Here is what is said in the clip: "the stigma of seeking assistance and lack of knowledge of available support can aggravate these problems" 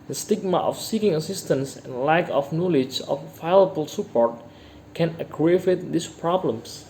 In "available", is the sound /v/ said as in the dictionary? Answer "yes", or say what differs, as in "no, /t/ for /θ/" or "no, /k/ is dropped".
no, /v/ is dropped